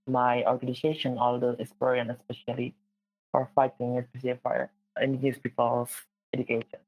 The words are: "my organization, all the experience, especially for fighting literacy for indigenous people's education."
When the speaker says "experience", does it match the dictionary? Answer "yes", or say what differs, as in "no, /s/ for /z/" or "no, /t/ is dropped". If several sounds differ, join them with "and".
no, /k/ is dropped and /s/ is dropped